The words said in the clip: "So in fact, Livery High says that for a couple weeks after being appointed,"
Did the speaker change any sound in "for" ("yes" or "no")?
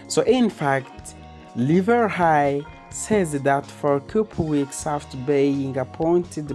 no